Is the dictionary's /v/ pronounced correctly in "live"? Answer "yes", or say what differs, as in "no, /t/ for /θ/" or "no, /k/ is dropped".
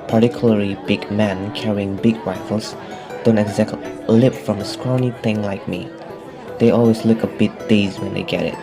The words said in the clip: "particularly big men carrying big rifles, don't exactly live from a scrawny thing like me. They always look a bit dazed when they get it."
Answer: no, /p/ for /v/